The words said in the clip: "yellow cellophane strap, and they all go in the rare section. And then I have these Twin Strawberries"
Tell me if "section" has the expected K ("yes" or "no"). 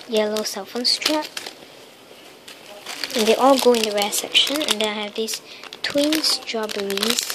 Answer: yes